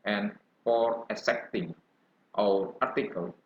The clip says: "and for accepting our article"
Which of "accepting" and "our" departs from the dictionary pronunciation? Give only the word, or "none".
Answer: accepting